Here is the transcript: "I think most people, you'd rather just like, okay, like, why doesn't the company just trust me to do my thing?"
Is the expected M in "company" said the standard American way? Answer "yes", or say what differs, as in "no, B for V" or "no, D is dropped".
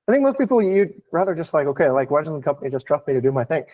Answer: yes